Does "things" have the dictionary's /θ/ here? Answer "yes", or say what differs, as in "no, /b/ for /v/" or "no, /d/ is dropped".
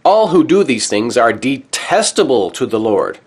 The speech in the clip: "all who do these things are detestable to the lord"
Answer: yes